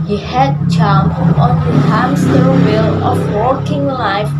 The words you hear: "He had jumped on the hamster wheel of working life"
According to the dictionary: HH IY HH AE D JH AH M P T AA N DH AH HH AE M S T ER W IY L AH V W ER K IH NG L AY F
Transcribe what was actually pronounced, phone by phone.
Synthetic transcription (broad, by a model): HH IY HH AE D CH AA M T AA N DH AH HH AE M S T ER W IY L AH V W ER K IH NG L AY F